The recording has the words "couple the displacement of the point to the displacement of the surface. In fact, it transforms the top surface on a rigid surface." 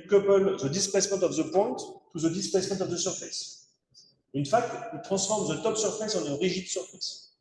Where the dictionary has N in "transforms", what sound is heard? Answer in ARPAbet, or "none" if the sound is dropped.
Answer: none